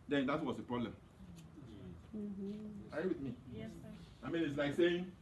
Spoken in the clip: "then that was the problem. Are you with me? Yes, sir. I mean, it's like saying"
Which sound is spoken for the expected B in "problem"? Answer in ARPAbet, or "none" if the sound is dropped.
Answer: B